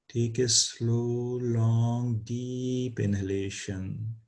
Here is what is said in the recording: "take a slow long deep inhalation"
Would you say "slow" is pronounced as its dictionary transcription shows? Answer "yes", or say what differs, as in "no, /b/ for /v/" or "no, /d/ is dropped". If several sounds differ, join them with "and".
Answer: yes